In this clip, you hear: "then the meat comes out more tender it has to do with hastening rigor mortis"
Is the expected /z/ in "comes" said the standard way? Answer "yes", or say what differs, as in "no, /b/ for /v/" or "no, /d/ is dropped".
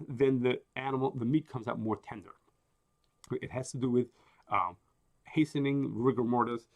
yes